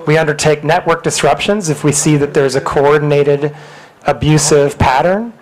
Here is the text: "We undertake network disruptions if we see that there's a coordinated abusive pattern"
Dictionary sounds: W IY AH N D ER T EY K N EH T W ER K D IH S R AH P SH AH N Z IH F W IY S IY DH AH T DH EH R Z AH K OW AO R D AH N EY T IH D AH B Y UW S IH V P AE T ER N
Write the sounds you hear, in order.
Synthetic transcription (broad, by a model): W IY AH N D ER T EY K N EH T W ER K D IH S R AH P SH AH N Z IH F W IY S IY DH AH T DH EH R Z AH K OW AO R D N EY T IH D AH B Y UW S IH V P AE T ER N